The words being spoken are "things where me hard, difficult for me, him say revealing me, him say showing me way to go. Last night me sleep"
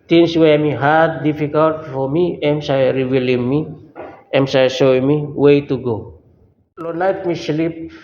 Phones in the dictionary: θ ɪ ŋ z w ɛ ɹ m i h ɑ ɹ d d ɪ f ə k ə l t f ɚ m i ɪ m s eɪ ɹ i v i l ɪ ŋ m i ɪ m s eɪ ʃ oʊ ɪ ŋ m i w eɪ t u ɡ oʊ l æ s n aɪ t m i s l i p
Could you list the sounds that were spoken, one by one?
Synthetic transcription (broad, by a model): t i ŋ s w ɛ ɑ m i h ɑ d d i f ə k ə l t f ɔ m i ɪ m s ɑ ɹ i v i l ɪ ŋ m i ɪ m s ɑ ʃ oʊ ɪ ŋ m i w eɪ t u ɡ oʊ l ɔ n aɪ t m i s l i p